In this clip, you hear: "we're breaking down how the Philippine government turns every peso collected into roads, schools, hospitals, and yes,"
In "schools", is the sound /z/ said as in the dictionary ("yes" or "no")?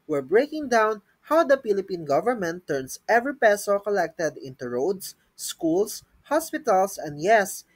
no